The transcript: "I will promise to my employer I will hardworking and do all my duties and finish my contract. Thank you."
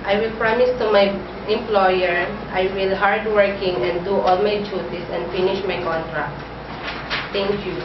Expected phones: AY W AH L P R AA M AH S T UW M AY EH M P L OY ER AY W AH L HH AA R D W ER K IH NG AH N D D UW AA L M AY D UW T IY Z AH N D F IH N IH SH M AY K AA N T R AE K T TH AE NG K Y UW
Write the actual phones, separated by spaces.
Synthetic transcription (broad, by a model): AY W AH L P R AA M AH S T UW M AY EH M P L OY ER AY W AH L HH AA R D W ER K IH NG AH N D D UW AA L M AY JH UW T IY S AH N F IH N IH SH M AY K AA N T R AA K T T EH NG K Y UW